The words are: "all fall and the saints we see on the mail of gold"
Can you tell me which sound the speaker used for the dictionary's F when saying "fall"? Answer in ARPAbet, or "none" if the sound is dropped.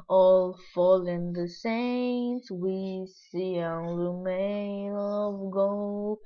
F